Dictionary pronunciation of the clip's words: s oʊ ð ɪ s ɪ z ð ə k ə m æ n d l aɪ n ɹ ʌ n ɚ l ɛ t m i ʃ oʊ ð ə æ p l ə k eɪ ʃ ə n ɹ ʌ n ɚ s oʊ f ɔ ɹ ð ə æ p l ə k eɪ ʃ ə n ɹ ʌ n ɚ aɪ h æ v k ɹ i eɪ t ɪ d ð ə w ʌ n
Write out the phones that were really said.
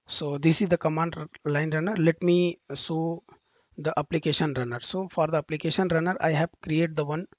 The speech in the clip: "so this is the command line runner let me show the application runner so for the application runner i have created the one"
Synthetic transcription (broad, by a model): s oʊ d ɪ s ɪ z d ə k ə m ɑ n d l aɪ n ɹ ʌ n ɚ l ɛ t m i s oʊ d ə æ p l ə k eɪ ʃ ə n ɹ ʌ n ɚ s oʊ f ɔ ɹ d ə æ p l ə k eɪ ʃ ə n ɹ ʌ n ɚ aɪ h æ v k ɹ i eɪ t d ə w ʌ n